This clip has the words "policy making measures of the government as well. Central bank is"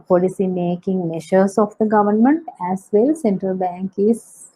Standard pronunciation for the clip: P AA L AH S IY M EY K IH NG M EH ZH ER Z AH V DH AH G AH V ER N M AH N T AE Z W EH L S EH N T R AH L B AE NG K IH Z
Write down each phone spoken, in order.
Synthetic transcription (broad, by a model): P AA L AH S IY M EY K IH NG M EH SH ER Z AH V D AH G AH V ER N M AH N T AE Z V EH L S EH N T R AH L B AE NG K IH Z